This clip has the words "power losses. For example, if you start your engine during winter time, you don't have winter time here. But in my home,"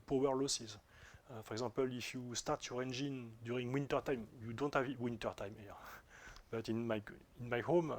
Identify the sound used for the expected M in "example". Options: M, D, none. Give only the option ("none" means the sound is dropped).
none